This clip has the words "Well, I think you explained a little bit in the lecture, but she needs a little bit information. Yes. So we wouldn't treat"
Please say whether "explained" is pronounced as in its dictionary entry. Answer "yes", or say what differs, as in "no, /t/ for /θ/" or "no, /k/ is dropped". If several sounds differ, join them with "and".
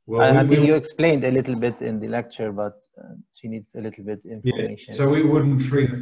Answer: yes